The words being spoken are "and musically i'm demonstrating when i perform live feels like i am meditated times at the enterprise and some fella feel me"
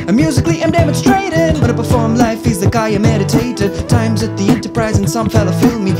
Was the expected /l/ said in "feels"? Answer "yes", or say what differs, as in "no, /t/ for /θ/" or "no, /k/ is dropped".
no, /l/ is dropped